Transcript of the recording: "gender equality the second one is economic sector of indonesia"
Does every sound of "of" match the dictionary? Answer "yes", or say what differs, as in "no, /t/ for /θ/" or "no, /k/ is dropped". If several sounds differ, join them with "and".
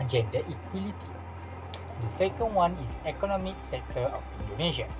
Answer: no, /f/ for /v/